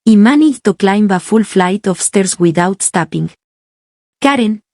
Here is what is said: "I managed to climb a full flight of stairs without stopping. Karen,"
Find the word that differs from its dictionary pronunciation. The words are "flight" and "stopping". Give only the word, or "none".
none